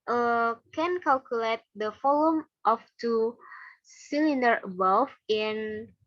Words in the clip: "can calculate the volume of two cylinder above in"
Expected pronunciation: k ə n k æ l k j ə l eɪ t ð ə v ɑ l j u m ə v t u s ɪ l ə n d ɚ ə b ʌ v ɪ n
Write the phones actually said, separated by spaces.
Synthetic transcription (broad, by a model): k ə n k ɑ l k j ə l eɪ t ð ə f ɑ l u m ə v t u s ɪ l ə n d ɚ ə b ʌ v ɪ n